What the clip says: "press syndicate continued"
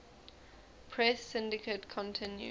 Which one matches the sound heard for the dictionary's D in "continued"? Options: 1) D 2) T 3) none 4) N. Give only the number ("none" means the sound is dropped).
3